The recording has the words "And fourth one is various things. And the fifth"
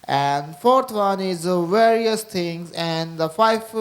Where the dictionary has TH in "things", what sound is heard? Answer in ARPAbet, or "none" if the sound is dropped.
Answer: T